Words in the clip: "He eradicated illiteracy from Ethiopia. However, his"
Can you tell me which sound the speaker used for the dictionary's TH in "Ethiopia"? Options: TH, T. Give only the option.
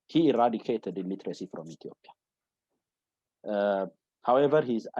T